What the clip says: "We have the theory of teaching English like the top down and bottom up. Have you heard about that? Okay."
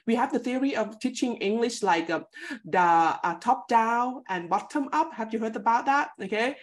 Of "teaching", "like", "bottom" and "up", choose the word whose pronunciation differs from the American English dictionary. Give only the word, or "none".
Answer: none